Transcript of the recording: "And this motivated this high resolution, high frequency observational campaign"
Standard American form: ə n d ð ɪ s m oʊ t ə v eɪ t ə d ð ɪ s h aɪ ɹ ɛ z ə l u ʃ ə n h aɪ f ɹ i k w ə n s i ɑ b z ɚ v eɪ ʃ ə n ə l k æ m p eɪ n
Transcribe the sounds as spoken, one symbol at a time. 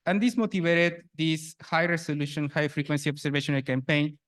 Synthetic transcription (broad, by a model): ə n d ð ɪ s m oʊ t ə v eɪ t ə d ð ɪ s h aɪ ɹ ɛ s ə l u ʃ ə n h aɪ f ɹ i k w ə n s i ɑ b s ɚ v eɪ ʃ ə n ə l k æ m p eɪ n